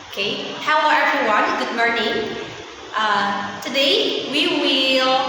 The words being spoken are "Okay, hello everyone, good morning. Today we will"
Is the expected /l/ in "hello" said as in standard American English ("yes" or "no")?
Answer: no